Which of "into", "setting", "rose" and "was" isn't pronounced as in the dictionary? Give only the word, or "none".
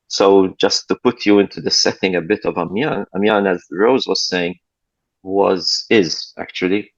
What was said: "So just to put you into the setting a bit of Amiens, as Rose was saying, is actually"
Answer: none